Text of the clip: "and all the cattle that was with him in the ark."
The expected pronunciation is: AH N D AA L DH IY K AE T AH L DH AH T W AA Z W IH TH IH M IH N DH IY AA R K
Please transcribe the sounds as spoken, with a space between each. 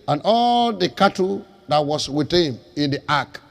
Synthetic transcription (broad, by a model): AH N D AA L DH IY K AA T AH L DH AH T W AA S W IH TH IH M IH N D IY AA K